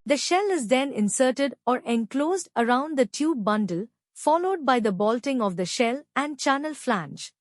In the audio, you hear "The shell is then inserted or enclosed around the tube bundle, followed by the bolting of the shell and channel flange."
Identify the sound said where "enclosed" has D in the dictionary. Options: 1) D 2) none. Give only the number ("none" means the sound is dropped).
1